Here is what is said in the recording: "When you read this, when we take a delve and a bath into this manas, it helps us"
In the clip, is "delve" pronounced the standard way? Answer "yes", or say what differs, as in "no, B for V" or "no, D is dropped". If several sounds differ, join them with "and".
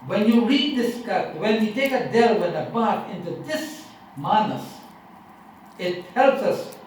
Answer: no, W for V